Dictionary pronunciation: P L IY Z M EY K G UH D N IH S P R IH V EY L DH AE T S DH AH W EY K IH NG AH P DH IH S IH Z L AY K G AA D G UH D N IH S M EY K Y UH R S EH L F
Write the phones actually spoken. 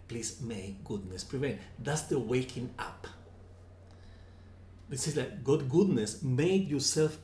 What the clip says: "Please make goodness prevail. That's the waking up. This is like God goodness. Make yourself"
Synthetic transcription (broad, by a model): P L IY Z M EY K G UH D N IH S P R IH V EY N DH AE T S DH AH W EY K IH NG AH P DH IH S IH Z L AY K G AA D G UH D N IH S M EY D Y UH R S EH L F